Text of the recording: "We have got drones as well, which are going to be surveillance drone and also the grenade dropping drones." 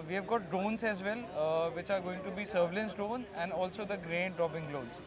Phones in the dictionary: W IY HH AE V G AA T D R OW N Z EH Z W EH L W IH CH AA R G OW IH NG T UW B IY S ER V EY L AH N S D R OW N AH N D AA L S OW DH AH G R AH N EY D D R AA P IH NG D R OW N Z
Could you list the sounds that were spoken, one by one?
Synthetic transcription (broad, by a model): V IY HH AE V G AA T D OW N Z EH Z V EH L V IH CH AA R G OW IH NG T UW B IY S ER V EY L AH N S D OW N AH N D AA L S OW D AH G R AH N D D R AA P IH NG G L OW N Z